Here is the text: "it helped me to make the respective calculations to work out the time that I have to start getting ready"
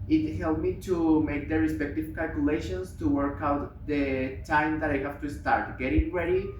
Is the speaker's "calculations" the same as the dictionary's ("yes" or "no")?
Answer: no